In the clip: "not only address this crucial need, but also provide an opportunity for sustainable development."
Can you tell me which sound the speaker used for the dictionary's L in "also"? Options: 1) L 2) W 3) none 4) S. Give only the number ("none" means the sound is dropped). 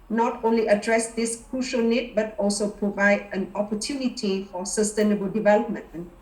1